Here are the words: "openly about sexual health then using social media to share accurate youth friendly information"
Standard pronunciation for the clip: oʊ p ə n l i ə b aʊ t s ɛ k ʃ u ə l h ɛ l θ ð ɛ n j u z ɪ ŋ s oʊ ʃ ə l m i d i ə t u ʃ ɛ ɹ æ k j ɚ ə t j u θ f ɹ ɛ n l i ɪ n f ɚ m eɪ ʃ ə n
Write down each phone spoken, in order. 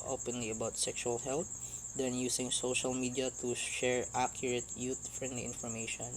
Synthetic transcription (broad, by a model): oʊ p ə n l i ə b aʊ t s ɛ k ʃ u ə l h ɛ l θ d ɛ n j u s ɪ ŋ s oʊ ʃ ə l m i d i ə t u ʃ ɛ ɹ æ k j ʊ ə t j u t f ɹ ɛ n l i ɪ n f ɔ m eɪ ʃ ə n